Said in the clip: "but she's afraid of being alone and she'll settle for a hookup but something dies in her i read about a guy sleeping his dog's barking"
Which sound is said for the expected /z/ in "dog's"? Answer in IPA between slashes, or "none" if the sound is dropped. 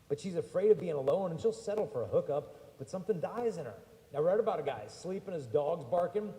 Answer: /z/